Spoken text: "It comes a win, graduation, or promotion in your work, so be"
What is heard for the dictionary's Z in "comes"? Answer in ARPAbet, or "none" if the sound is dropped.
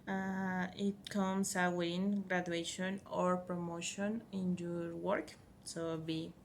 S